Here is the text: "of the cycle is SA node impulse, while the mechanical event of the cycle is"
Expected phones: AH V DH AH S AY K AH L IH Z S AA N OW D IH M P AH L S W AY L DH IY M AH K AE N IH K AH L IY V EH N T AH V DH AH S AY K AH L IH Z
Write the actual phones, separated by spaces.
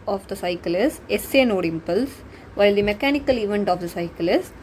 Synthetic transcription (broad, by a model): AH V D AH S AY K AH L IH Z S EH N OW D IH M P AH L S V AY L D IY M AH K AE N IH K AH L IY V EH N T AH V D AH S AY K AH L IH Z